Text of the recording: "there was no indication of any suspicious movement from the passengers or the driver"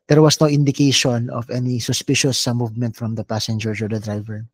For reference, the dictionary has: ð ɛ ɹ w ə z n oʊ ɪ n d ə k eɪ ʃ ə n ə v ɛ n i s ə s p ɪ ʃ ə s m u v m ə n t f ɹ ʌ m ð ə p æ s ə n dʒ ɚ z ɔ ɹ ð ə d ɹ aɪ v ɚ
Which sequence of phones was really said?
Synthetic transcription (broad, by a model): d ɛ ɹ w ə s n oʊ ɪ n d ə k eɪ ʃ ə n ə v ɛ n i s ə s p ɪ ʃ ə s m u v m ə n t f ɹ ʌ m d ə p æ s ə n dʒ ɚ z ɔ ɹ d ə d ɹ aɪ v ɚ